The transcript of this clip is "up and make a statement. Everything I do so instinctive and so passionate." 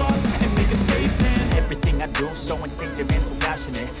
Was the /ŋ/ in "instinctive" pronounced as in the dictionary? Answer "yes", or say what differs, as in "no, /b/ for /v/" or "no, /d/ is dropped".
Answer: no, /ŋ/ is dropped